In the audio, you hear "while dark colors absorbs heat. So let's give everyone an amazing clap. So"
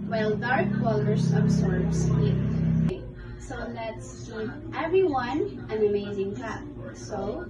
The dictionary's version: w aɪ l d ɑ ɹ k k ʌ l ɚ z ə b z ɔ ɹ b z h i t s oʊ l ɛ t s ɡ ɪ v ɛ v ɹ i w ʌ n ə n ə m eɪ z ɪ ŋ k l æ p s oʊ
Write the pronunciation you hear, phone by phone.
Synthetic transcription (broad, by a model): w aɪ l d ɑ ɹ k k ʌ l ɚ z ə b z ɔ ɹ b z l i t s oʊ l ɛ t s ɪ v ɛ v ɹ i w ʌ n ə n ə m eɪ z ɪ ŋ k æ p s oʊ